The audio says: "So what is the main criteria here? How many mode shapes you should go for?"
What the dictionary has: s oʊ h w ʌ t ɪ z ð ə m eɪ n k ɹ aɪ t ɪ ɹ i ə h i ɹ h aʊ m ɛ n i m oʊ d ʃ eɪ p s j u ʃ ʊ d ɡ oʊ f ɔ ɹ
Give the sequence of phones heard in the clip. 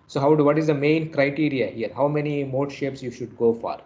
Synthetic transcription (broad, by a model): s oʊ h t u t ɪ z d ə m eɪ n k ɹ aɪ t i ɹ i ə h i ɹ h aʊ m ɛ n i m oʊ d ʃ eɪ p s j u ʃ ʊ d ɡ oʊ f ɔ ɹ